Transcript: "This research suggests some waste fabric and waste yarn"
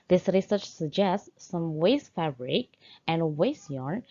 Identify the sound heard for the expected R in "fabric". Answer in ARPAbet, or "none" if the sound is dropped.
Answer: R